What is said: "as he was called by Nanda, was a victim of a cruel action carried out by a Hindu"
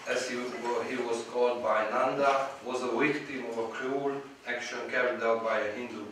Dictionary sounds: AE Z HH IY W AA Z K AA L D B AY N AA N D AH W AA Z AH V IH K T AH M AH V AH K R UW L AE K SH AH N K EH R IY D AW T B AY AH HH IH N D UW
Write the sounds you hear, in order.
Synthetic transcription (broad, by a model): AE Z HH IY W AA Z K AA L D B AY N AA N D AH W AA Z AH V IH K T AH M AH V AH K R UW L AE K SH AH N K EH R IY D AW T B AY AH HH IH N D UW